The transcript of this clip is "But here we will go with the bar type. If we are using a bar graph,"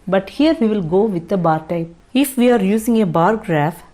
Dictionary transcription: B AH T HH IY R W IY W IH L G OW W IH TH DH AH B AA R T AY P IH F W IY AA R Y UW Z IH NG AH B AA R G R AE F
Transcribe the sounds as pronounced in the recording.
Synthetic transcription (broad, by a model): B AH T HH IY R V IY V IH L G OW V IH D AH B AA R T AY P IH F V IY AA R Y UW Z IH NG AH B AA R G R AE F